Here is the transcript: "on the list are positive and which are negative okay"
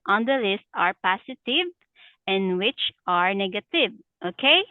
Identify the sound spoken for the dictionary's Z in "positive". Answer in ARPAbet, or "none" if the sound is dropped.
S